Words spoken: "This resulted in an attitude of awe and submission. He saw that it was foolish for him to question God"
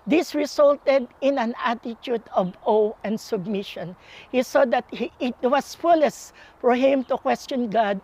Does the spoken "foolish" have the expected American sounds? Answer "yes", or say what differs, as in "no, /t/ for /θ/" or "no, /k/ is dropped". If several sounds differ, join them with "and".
no, /s/ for /ʃ/